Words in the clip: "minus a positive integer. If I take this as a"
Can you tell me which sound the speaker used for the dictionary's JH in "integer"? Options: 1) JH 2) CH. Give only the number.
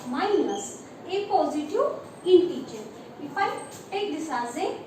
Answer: 2